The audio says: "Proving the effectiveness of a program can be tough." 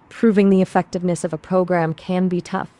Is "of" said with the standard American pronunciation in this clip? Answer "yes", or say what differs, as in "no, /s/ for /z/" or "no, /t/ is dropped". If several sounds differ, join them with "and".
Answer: yes